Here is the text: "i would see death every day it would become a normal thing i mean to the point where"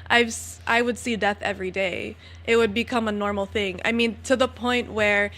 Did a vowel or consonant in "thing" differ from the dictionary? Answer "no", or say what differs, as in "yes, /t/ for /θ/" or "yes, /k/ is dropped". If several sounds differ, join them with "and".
no